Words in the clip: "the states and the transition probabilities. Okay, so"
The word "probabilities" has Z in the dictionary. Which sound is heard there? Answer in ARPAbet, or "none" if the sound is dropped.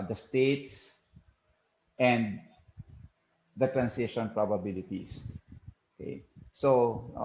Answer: S